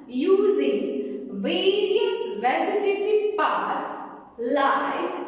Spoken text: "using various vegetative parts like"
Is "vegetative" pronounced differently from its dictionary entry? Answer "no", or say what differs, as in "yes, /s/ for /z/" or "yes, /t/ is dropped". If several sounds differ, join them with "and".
yes, /z/ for /dʒ/